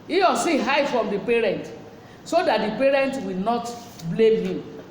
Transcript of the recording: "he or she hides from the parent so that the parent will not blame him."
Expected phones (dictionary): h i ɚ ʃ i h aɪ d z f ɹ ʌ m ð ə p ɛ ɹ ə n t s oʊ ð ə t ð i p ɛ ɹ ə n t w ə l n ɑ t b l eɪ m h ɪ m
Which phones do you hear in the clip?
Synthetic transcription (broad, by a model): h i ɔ s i h aɪ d f ɹ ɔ m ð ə p ɛ ɹ ə n t s oʊ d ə t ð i p ɛ ɹ ə n t w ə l n ɑ t b l eɪ m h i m